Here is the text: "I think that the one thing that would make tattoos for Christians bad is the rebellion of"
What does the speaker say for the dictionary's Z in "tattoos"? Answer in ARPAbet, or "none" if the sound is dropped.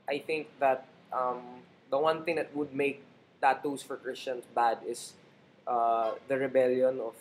S